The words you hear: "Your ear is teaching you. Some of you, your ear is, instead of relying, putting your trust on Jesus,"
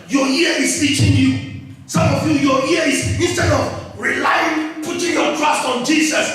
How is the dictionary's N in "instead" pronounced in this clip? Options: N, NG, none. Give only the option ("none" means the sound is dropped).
none